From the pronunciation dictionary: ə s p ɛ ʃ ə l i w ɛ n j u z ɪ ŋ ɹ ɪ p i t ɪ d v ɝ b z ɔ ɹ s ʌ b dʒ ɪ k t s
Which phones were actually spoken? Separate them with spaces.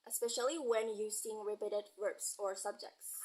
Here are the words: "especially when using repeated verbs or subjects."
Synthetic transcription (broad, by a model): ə s p ɛ ʃ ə l i w ɛ n j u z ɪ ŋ ɹ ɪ b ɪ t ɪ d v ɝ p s ɔ ɹ s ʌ b dʒ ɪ k t s